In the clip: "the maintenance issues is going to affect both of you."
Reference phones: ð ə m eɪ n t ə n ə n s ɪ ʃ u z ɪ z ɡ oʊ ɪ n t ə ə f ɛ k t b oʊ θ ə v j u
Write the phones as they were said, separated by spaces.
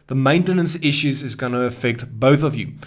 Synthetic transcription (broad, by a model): ð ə m eɪ n t ə n ə n s ɪ ʃ u z ɪ z ɡ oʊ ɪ n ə ə f ɛ k t b oʊ θ ə v j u